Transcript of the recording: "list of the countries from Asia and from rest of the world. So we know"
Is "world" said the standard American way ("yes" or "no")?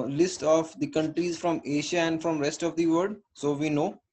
no